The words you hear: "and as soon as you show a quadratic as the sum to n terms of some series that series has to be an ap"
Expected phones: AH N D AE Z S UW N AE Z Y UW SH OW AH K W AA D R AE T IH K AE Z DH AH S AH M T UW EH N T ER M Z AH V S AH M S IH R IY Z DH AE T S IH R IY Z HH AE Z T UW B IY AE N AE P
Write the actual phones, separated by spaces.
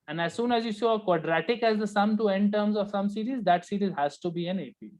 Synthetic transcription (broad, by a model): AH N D AE Z S UW N AE Z Y UW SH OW AH K W AA D R AE T IH K AE Z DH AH S AH M T UW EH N T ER M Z AH V S AH M S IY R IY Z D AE T S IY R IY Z HH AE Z T UW B IY AE N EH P